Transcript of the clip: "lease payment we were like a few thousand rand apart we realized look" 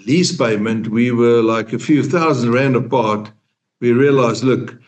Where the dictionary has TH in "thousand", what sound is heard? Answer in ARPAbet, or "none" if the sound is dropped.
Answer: TH